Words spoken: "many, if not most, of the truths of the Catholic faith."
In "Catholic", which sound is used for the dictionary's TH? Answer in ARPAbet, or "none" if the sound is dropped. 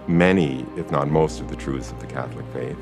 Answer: TH